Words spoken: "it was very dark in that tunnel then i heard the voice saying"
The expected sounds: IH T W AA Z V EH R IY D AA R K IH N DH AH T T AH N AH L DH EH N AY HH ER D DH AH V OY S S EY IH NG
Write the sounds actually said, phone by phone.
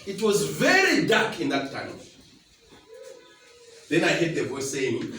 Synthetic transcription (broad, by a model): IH T W AA Z V EH R IY D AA K IH N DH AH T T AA AH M DH EH N AY HH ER D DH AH V OY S S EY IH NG